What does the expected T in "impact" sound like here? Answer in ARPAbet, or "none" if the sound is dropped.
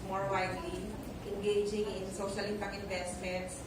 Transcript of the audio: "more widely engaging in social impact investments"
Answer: none